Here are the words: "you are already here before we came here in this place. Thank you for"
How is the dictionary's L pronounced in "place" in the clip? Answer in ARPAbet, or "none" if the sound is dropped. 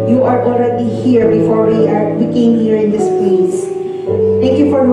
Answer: L